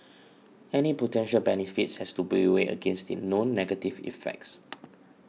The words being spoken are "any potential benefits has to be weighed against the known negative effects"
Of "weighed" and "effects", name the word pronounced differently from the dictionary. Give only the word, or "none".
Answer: weighed